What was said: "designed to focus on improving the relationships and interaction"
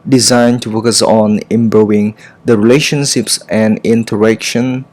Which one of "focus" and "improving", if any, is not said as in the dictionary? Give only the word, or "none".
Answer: improving